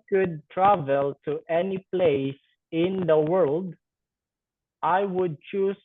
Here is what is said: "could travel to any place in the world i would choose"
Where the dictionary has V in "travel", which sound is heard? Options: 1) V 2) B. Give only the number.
1